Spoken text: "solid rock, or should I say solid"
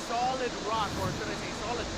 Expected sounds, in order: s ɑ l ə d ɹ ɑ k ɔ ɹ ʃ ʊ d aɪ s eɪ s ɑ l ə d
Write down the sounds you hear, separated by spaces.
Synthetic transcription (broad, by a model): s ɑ l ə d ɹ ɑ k ɔ ɹ s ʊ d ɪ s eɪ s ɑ l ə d